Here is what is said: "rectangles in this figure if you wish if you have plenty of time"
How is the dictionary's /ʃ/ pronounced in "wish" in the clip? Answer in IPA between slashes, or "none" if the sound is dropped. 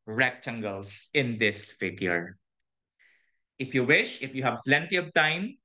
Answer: /ʃ/